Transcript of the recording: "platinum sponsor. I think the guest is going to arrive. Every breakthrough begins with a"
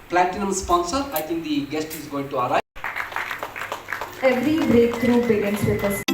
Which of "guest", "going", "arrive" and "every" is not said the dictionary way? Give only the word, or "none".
arrive